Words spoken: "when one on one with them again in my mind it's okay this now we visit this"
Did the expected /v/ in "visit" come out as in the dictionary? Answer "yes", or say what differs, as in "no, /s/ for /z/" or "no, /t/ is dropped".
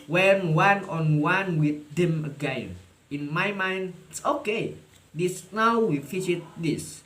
no, /f/ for /v/